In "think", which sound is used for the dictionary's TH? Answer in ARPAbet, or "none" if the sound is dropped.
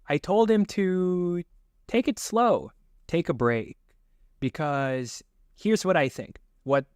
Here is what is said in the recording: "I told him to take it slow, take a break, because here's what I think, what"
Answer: TH